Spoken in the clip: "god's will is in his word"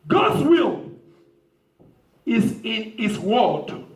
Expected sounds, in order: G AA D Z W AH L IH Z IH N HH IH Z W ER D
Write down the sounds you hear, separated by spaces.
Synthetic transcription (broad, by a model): G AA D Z W AH L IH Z IH N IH S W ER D